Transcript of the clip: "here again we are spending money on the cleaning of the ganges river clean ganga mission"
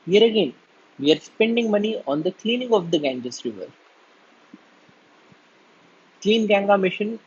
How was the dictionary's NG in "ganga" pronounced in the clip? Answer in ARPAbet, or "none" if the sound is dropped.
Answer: NG